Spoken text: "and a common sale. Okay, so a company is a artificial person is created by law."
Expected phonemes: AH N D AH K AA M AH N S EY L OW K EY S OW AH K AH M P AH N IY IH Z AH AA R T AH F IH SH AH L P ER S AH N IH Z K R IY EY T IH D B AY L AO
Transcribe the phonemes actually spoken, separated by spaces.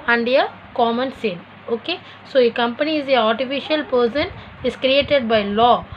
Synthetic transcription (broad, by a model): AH N D AH K AA M AH N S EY N OW K EY S OW AH K AH M P AH N IY IH Z AH AA R T AH F IH SH AH L P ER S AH N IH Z K R IY EY T IH D B AY L AO